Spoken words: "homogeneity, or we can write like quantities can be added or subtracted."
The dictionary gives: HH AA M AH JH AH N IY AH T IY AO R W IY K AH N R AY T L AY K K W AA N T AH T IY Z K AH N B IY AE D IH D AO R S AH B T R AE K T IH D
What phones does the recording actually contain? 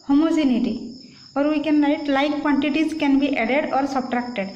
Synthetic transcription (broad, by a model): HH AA M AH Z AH N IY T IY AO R W IY K AH N L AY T L AY K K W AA N T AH T IY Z K AH N B IY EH D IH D AO R S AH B T R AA K T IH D